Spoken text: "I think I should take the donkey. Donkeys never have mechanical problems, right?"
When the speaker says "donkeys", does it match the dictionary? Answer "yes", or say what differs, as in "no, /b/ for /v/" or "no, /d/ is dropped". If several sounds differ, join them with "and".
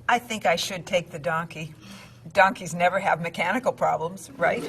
yes